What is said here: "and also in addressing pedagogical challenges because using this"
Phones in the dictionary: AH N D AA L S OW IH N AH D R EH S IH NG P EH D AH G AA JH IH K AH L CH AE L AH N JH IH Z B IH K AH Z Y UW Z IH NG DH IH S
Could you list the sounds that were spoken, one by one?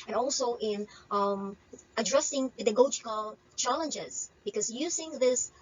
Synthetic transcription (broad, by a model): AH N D AA L S OW IH N AH D R EH S IH NG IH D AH G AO IH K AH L CH AE L AH N JH IH Z B IH K AH Z Y UW Z IH NG DH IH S